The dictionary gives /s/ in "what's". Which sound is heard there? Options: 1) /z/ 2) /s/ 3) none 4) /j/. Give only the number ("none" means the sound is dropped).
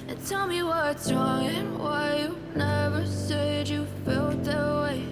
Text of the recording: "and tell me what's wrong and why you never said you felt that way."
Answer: 3